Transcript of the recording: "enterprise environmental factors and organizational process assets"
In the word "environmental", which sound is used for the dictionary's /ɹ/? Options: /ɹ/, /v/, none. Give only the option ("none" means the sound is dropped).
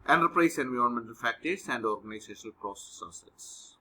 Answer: none